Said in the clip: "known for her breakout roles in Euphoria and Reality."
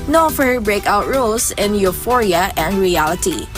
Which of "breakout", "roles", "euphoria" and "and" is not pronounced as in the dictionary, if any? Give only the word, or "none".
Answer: roles